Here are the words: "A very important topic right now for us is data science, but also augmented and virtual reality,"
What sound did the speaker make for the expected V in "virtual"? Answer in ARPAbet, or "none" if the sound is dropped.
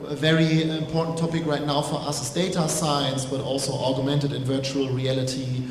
V